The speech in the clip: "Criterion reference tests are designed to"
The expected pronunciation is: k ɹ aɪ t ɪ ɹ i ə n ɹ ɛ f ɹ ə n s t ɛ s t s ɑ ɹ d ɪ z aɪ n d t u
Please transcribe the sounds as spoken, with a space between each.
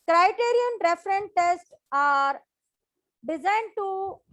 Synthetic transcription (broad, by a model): k ɹ aɪ t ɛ ɹ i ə n ɹ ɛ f ɹ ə n t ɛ s t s ɑ ɹ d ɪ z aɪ n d t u